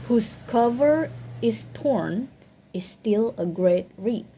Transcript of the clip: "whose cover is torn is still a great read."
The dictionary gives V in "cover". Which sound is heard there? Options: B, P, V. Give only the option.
V